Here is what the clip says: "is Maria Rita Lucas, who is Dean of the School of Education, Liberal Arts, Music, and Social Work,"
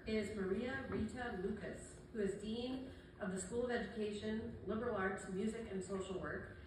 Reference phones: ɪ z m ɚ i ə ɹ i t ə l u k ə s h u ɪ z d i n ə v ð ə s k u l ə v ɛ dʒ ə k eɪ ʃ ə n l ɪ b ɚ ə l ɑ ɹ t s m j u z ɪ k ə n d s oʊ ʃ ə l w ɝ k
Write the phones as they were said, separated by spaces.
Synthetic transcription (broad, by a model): ɪ z m ɚ i ə ɹ i t ə l u k ə s h u ɪ z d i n ə v ð ə s k u l ə v ɛ dʒ ə k eɪ ʃ ə n l ɪ b ɚ l ɑ ɹ t s m j u z ɪ k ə n s oʊ ʃ l w ɝ k